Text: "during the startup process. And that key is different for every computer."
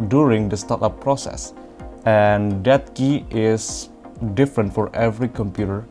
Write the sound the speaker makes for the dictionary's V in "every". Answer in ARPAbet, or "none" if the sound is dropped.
V